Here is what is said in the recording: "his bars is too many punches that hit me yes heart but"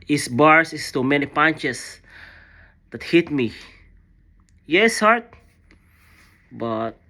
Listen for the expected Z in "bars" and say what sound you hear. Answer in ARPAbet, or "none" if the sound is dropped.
S